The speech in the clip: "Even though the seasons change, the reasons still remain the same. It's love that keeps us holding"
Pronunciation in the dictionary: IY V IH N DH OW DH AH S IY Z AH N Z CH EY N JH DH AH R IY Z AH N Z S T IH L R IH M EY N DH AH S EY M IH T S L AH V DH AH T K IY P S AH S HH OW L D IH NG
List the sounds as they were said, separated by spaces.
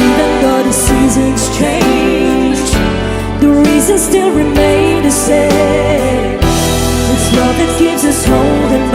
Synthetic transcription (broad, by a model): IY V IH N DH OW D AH S IY Z AH N Z CH EY N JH DH AH R IY Z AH N S T IH L R IH M EY N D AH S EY IH T S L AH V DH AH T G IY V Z AH S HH OW L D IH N